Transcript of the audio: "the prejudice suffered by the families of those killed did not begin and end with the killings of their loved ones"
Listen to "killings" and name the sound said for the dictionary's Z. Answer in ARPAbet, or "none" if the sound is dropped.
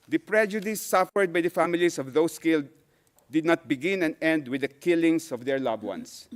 S